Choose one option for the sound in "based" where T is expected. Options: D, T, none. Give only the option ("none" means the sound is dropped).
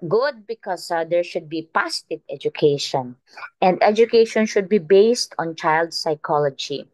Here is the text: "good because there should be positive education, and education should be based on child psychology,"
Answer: T